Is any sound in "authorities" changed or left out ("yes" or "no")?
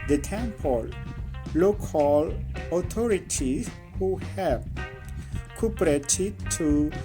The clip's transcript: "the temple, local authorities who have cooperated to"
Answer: yes